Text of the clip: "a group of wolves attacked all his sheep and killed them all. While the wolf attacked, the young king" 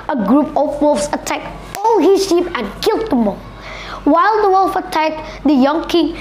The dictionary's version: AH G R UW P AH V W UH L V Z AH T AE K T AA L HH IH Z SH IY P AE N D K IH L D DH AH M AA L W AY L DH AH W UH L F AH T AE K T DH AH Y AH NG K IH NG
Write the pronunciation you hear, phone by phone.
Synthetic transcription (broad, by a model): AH G R UW P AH P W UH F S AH T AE K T AA L HH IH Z SH IY P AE N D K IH L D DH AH M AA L W AY L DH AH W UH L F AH T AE K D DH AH Y AH NG K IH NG